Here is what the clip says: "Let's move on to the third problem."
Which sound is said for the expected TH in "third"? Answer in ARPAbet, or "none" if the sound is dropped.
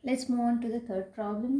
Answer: T